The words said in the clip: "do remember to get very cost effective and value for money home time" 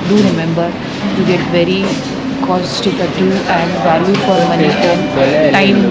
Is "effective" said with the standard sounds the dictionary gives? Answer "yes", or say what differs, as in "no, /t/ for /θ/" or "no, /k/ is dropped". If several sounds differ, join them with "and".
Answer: no, /k/ is dropped